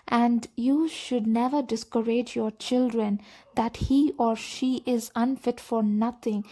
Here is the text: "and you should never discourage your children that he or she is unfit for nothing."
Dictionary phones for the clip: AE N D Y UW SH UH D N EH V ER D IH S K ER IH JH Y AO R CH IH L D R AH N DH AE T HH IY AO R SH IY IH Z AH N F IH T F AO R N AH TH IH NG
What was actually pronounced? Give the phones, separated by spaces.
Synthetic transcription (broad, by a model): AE N D Y UW SH UH D N EH V ER D IH S K ER IH JH Y AO R CH IH L D R AH N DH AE T HH IY AO R SH IY IH Z AH N F IH T F AO R N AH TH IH NG